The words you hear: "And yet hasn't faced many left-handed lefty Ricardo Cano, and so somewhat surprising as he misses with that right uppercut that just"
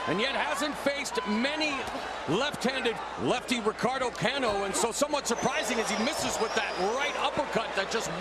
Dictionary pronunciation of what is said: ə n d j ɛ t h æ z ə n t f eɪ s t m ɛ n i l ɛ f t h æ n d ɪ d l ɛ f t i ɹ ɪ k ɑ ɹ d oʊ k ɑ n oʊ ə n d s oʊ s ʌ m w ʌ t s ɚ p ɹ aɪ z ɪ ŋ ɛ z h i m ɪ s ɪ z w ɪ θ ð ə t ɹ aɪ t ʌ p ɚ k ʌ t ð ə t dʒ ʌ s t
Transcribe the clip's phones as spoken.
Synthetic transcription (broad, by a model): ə n j ɛ t h æ z ə n t f eɪ s t m ɛ n i l ɛ f t h æ n d ɪ d l ɛ f t i ɹ ɪ k ɑ ɹ d oʊ k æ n oʊ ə n s oʊ s ʌ m w ʌ t s ɚ p ɹ aɪ z ɪ ŋ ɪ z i m ɪ s ɪ z w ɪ ð ə t ɹ aɪ t ʌ p ɚ k ʌ t ð ə t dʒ ʌ s t